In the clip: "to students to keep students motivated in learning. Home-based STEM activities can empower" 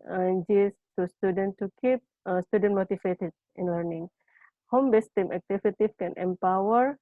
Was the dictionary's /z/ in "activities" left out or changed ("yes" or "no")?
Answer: yes